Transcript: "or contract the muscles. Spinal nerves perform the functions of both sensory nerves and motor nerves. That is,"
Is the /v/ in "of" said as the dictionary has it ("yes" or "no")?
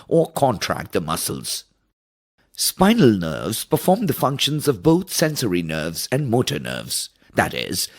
yes